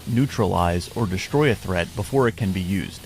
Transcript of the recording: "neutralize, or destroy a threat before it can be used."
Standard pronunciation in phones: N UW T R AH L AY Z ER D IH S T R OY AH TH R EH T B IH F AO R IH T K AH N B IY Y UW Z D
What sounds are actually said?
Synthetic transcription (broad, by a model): N UW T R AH L AY Z ER D IH S T R OY AH TH R EH T B IH F AO R IH T K AH N B IY Y UW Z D